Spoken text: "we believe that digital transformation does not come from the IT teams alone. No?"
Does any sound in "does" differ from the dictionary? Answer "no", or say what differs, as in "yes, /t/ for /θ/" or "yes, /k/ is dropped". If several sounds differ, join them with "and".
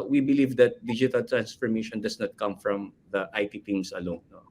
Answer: yes, /s/ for /z/